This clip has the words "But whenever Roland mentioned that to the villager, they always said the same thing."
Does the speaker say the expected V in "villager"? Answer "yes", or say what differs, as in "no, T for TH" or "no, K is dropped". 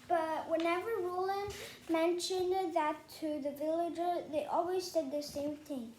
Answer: yes